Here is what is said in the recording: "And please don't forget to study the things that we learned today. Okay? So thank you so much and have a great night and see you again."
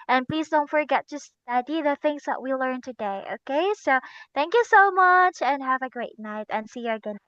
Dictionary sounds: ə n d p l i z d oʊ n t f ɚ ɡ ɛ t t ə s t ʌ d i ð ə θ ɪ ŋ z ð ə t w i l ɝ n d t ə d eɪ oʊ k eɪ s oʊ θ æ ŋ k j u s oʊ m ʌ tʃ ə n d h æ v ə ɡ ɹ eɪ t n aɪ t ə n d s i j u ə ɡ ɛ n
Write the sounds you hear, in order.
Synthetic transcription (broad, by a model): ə n p l i z d oʊ n t f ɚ ɡ ɛ t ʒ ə s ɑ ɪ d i ð ə θ ɪ ŋ z ð ə t w i l ɝ n t ə d eɪ oʊ k eɪ s oʊ θ æ ŋ k j u s oʊ m ʌ tʃ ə n h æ v ə ɡ ɹ eɪ t n aɪ t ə n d s i j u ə ɡ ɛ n